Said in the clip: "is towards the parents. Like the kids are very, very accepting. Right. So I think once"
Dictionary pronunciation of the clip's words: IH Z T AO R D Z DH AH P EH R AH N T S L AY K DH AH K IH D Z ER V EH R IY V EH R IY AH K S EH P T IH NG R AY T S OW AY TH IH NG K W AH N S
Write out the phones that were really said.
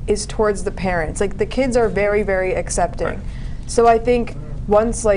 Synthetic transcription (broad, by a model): IH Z T AO R D Z DH AH P EH R AH N T S L AY K DH AH K IH D Z ER V EH R IY V EH R IY AH K S EH P T IH NG S OW AY TH IH NG K W AH N S